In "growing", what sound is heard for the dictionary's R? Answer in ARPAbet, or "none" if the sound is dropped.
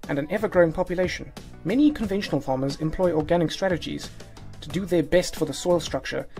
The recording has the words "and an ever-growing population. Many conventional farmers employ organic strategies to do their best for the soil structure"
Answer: R